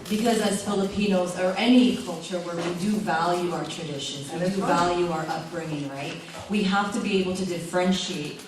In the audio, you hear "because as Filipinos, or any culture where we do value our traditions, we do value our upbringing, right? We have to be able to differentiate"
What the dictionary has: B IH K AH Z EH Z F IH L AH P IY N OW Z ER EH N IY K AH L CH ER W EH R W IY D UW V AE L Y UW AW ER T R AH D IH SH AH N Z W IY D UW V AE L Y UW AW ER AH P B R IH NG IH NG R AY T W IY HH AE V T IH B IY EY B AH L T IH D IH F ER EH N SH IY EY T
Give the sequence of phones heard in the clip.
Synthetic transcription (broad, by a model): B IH K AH Z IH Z F IH L AH P IY N OW Z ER EH N IY K AH L CH ER W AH R W IY D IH V AE L Y UW AW ER T R AH D IH SH AH N Z W IY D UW V AE L Y UW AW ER AH P B R IH NG IH NG R AY T W IY HH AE F T IH B IY EY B L T IH D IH F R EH N SH IY EY T